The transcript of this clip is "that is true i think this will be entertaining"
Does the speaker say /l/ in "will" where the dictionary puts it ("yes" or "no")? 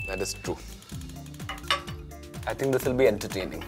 yes